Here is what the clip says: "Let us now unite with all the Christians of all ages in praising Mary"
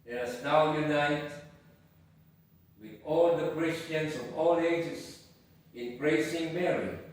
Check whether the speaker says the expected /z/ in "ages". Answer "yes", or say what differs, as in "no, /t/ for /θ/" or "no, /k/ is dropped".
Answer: no, /s/ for /z/